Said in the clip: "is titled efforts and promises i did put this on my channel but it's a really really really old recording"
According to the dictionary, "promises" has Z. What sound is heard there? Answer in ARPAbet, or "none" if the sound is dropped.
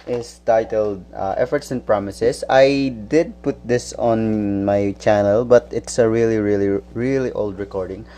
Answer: S